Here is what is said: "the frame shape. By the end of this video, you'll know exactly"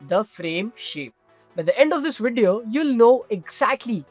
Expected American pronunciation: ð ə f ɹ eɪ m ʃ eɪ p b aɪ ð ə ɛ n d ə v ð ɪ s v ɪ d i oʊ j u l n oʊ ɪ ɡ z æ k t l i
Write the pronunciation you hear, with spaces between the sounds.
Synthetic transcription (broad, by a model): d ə f ɹ eɪ m ʃ eɪ p b aɪ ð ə ɛ n d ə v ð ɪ s v ɪ d i oʊ j u l n oʊ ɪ ɡ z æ k t l i